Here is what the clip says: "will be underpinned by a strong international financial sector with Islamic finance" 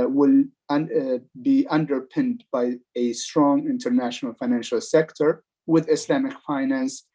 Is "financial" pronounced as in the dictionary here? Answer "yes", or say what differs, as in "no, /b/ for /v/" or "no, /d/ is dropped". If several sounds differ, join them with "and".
yes